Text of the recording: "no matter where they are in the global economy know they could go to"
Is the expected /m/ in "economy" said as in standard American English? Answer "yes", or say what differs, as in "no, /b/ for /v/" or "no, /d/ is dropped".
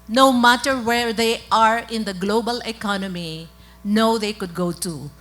yes